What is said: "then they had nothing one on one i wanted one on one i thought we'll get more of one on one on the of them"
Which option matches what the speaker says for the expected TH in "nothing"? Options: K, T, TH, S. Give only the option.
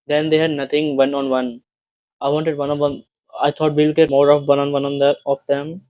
T